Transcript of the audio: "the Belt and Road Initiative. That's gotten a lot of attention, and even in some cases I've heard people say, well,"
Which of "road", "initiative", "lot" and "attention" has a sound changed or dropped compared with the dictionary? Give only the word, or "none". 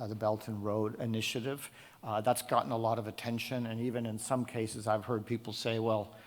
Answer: none